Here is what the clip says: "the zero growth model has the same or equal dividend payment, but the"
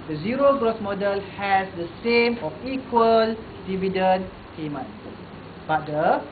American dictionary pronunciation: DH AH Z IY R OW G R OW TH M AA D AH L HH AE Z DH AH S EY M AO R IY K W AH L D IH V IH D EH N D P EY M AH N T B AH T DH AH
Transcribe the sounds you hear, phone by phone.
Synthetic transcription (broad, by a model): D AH Z IY R OW G R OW S M AA D AH L HH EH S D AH S EY M AO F IY K W AH L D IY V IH D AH N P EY M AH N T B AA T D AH